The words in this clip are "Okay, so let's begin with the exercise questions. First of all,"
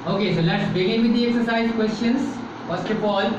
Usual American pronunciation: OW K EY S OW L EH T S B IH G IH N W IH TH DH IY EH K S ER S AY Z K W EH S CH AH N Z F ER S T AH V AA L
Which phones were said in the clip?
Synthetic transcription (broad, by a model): OW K EY S OW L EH T S B IH G IH N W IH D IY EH K S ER S AY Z K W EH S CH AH N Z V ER S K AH B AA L